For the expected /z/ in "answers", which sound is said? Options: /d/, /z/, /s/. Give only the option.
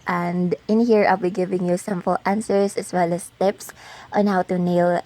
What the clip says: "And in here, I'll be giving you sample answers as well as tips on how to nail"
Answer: /s/